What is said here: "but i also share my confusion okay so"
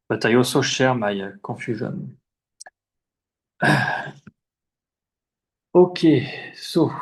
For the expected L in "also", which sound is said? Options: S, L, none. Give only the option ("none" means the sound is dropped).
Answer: none